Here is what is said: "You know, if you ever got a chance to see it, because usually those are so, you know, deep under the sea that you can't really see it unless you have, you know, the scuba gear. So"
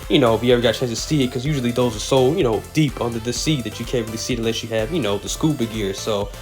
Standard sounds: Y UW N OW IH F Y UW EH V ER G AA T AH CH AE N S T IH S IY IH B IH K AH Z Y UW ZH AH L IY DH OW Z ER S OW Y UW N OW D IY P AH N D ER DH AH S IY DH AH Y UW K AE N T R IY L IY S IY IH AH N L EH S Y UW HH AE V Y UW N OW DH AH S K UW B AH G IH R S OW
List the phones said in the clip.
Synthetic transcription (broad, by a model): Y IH N OW IH F Y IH EH V ER G AA T CH AE N S T IH S IY IH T K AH Z Y UW ZH L IY DH OW Z ER S OW Y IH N OW D IY P AH N D ER DH AH S IY DH AH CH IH K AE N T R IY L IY S IY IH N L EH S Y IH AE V Y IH N OW DH AH S K UW B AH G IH R S OW